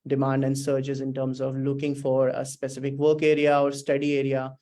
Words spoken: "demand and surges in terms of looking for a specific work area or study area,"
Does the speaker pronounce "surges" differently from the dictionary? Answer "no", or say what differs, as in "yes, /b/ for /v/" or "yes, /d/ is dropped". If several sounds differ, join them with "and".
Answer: yes, /tʃ/ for /dʒ/